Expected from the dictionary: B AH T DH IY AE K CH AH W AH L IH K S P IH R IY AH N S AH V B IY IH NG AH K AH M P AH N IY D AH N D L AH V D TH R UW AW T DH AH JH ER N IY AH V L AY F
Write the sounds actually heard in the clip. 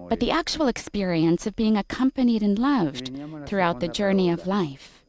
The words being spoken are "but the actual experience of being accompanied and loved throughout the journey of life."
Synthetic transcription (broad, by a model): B AH T DH IY AE K CH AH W L IH K S P IH R IY AH N S AH V B IY IH NG AH K AH M P AH N IY D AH N L AH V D TH R UW AW T DH AH JH ER N IY AH V L AY F